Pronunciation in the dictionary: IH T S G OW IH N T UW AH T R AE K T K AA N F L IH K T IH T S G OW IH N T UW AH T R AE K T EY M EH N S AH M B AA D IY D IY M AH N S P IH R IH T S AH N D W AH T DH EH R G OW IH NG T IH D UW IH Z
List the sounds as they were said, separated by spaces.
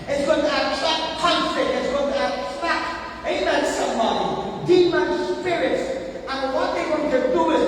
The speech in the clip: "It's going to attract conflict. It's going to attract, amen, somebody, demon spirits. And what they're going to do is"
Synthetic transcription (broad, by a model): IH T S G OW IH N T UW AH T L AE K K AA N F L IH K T IH T S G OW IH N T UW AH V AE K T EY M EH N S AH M AA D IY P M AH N S P IH R IH T S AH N W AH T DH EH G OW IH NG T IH D UW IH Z